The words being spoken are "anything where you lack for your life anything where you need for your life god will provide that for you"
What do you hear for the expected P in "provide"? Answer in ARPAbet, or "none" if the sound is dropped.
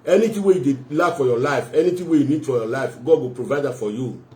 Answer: P